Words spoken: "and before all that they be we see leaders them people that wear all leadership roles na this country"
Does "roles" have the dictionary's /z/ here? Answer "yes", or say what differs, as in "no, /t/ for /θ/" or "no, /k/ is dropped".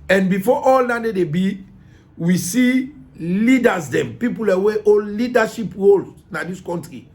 no, /z/ is dropped